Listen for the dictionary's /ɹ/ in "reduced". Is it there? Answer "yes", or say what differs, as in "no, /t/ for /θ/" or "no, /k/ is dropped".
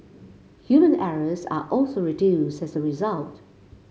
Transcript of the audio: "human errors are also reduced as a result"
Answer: yes